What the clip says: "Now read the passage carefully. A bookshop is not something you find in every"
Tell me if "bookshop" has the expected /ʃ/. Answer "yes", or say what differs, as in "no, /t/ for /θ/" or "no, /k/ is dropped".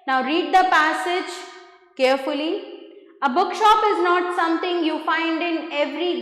yes